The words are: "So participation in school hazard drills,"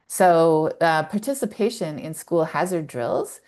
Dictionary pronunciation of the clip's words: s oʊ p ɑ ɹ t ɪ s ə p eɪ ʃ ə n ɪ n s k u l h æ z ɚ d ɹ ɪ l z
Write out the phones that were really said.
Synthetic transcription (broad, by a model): s oʊ p ɑ ɹ t ɪ s ə p eɪ ʃ ə n ɪ n s k u l h æ z ɚ d ɹ ɪ l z